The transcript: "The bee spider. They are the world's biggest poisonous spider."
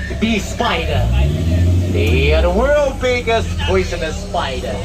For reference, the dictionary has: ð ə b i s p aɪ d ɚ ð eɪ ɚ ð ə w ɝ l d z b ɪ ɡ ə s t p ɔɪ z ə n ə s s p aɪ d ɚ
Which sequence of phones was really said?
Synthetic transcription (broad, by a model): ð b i s p aɪ d ɚ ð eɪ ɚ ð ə w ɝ l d b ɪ ɡ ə s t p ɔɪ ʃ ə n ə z s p aɪ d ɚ